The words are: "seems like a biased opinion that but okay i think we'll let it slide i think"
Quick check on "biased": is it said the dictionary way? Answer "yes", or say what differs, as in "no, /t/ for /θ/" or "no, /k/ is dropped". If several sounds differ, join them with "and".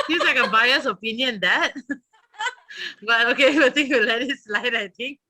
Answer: no, /t/ is dropped